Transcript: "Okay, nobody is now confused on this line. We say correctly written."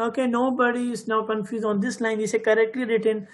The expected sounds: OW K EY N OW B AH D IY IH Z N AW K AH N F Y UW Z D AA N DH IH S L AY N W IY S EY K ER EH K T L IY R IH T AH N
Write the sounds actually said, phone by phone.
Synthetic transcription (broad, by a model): OW K EY N OW B AH D IY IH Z N AW K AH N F Y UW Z AA N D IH S L AY N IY S EY K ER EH K T L IY R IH T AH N